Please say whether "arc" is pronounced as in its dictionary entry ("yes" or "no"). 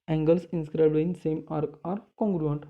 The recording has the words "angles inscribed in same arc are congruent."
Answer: yes